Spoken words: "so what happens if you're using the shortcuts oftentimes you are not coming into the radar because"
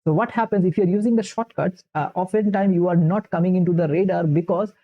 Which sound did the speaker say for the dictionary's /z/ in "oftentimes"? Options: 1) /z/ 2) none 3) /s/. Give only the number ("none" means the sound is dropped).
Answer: 2